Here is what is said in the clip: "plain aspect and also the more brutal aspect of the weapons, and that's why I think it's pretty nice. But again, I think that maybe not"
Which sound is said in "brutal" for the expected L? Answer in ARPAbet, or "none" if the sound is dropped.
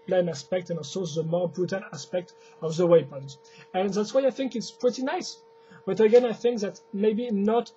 N